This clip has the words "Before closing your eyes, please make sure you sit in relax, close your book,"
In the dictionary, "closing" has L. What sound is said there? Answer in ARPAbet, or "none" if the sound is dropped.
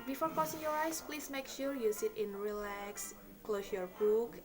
none